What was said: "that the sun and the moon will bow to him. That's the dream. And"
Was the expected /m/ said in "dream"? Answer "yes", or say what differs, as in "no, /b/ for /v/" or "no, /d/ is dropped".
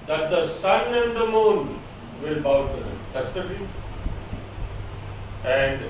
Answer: no, /m/ is dropped